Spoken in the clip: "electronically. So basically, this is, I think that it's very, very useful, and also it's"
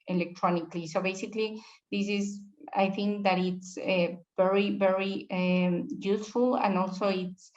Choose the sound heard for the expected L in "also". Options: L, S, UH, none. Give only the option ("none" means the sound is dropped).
L